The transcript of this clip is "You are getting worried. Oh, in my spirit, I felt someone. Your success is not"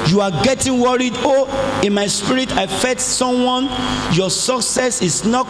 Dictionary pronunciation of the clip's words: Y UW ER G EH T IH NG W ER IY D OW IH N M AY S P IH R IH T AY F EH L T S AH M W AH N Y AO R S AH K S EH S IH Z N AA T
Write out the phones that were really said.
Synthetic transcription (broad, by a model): Y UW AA G EH T IH NG W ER IY D OW IH N M AY S P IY R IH T AY F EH T S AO M W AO N Y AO S AH K S EH S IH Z N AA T